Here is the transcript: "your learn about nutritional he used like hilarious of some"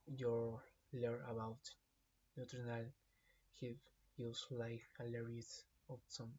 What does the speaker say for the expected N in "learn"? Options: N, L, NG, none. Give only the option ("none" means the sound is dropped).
none